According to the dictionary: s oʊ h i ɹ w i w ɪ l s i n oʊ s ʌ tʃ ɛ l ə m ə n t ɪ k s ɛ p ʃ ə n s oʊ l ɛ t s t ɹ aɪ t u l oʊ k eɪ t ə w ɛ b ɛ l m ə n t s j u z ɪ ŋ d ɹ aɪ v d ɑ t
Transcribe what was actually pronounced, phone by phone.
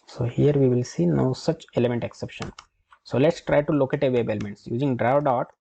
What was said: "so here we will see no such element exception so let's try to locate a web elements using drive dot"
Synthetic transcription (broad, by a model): s oʊ h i ɹ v i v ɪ l s i n oʊ s ʌ tʃ ɛ l ə m ə n t ɪ k s ɛ p ʃ ə n s oʊ l ɛ t s t ɹ aɪ t u l oʊ k eɪ t ə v ɛ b ɛ l m ə n t s j u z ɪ ŋ d ɹ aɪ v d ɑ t